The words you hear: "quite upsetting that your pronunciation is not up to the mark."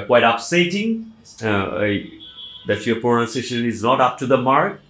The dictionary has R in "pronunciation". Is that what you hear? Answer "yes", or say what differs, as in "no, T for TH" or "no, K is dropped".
no, R is dropped